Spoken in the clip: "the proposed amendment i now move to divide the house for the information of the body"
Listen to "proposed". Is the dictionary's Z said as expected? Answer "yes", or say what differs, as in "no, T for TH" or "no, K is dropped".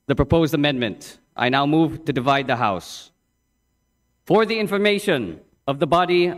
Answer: yes